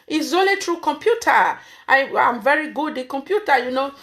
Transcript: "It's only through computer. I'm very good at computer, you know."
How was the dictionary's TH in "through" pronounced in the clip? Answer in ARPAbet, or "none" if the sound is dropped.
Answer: T